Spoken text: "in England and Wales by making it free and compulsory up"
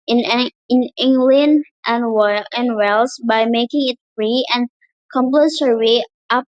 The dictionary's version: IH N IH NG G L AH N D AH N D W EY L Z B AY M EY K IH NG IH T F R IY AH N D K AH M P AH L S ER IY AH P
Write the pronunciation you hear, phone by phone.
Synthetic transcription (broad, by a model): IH N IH NG G L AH N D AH N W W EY L S B AY M EY K IH NG IH T F R IY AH N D K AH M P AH S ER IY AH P